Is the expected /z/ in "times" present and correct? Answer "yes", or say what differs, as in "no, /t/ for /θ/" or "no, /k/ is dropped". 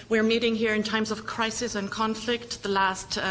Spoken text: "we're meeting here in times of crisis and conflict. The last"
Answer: yes